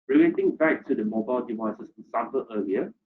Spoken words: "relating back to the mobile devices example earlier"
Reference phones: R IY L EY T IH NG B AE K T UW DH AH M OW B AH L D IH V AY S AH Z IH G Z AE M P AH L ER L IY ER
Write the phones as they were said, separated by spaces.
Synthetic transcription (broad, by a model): R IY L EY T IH NG B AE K T UW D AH M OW B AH L D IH V AY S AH S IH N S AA P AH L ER L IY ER